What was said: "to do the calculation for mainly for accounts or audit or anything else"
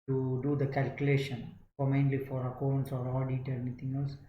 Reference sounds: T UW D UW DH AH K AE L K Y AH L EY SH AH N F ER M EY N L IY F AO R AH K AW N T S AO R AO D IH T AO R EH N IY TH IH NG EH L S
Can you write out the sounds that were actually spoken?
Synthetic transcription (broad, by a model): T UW D UW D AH K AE L K Y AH L EY SH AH N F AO M EY N L IY F AO R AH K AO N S AO R AO D IH T AO R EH N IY T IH NG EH L S